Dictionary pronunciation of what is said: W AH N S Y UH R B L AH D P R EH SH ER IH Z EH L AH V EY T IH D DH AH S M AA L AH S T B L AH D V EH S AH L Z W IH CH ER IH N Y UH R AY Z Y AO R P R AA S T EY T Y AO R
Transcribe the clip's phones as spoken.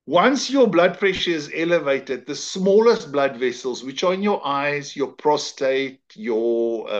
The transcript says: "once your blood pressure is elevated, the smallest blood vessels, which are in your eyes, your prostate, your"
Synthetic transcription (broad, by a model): W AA N S Y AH B L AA D P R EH SH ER IH Z EH L AH V EY T IH D DH AH S M AA L AH S T B L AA D V EH S AH L Z W IH CH ER IH N Y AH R AY Z Y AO P R AA S T EY T Y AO